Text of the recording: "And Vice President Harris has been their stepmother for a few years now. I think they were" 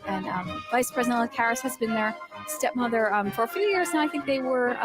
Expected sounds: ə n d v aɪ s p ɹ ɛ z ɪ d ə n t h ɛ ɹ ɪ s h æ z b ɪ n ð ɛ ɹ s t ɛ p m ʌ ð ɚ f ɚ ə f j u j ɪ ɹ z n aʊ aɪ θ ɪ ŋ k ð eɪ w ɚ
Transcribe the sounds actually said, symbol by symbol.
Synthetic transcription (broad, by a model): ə n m v aɪ s p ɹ ɛ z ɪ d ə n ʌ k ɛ ɹ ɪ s h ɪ z b ɪ n ð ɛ ɹ s t ɛ p m ʌ ð ɚ f ɚ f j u j ɪ ɹ z n aʊ aɪ θ ɪ ŋ k ð eɪ w ɚ